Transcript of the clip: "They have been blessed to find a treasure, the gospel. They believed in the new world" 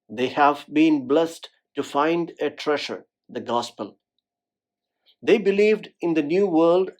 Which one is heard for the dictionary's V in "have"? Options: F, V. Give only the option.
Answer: V